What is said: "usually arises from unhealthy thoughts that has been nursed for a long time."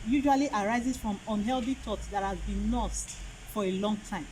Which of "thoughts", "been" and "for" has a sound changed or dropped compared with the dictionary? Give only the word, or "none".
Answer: thoughts